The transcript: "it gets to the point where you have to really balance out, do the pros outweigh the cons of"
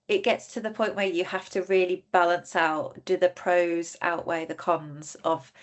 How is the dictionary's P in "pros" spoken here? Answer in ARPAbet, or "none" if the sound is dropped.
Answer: P